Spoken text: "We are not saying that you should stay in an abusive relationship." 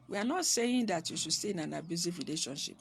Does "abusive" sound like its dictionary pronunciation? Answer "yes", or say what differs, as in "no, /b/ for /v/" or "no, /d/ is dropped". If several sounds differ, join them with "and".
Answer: no, /f/ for /v/